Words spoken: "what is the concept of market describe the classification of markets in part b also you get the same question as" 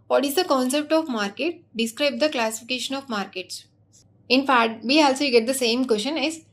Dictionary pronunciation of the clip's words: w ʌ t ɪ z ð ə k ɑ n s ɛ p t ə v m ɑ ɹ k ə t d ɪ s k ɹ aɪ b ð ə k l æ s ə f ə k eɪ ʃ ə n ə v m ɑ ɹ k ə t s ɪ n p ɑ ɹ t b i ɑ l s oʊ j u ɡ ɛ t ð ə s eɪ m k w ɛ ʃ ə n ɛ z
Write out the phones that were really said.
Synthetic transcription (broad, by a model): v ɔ t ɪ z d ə k ɑ n s ɛ p t ə v m ɑ ɹ k ə t d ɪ s k ɹ aɪ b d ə k l æ s ə f ə k eɪ ʃ ə n ə v m ɑ ɹ k ə t s ɪ n f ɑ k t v i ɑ l s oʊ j ɡ ɛ t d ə s eɪ m k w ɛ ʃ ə n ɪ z